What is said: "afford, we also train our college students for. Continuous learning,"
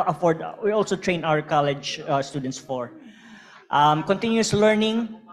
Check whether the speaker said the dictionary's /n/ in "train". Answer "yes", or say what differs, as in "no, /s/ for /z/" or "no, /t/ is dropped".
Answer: yes